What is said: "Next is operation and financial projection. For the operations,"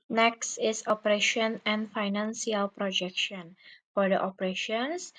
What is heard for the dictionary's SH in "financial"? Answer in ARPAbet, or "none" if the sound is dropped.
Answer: S